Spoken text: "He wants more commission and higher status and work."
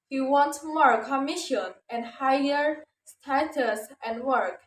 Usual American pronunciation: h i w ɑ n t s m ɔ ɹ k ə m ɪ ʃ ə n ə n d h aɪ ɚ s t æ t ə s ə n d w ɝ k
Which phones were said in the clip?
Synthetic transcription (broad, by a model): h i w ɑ n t m ɔ ɹ k ə m ɪ ʃ ə n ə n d h aɪ ɚ s t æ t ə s ə n d w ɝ k